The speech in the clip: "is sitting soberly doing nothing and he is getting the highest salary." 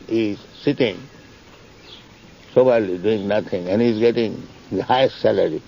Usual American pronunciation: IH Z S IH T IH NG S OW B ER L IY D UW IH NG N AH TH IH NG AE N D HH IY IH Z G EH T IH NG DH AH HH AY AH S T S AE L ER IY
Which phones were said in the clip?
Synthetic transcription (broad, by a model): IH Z S IH T IH NG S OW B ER L IY D UW IH NG N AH T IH NG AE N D HH IY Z G EH T IH NG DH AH HH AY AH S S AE L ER IY